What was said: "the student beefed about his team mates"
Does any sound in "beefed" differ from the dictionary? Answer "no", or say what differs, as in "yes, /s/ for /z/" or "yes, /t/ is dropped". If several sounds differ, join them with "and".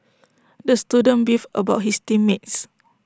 yes, /t/ is dropped